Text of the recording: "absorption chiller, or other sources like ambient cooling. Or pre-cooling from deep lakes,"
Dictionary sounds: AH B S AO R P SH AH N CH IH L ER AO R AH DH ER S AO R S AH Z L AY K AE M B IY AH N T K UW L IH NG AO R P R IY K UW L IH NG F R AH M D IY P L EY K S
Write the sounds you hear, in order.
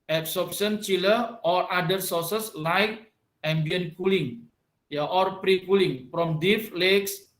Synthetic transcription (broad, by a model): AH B S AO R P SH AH N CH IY L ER AO R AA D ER S AO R S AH S L AY K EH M B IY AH N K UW L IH NG AO R P R IY K UW L IH NG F R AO M D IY F L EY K S